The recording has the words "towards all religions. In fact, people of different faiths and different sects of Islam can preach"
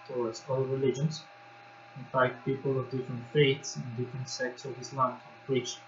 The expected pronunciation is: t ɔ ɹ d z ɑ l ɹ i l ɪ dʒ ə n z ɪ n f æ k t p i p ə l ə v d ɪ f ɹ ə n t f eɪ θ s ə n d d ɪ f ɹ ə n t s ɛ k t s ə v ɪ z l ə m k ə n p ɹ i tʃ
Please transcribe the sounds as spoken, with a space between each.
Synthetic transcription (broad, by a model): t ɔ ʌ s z ɑ l ɹ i l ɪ dʒ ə n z ɪ n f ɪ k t p i p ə l ə v d ɪ f ɹ ə n t f eɪ t s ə n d d ɪ f ɹ ə n t s ɛ k t s ə v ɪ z l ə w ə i tʃ